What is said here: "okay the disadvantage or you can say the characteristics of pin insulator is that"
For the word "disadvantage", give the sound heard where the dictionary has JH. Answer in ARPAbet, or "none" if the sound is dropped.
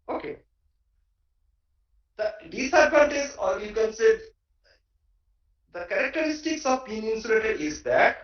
Z